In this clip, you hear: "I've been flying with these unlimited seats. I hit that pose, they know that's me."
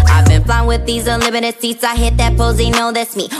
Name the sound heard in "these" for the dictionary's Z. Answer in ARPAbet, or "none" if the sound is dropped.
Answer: Z